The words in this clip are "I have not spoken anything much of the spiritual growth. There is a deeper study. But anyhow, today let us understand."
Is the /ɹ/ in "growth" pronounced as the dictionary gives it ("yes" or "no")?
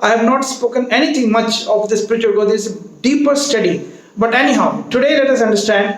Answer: no